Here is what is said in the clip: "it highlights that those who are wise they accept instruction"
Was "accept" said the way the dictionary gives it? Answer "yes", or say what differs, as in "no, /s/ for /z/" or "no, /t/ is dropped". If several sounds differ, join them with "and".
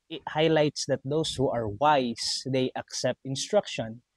yes